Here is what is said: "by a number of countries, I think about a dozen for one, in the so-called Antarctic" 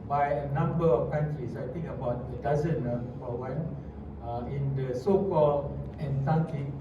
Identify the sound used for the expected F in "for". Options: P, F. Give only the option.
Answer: P